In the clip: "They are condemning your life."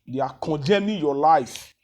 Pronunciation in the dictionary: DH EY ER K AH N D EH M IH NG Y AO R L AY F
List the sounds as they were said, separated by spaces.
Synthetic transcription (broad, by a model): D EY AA K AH D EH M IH Y AO L AY F